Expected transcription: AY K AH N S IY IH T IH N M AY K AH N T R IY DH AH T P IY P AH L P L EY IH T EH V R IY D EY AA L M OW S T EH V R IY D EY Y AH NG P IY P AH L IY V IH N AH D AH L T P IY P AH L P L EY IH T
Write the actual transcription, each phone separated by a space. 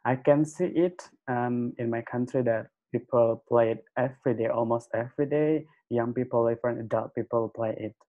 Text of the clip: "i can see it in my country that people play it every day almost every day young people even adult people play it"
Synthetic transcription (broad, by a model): AY K AH N S IY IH T IH N M AY K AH N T R IY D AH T P IY P AH L P L EY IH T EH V R IY D EY AA L M OW S T EH V R IY D EY Y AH NG P IY P AH L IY F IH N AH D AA T P IY P AH L P L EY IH T